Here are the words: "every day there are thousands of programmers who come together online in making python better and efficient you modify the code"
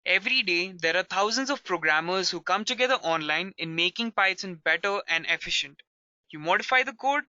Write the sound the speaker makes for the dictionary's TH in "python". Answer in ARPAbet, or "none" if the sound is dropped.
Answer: S